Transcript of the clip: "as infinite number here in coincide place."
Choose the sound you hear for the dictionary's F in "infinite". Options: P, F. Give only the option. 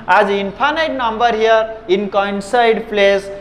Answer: P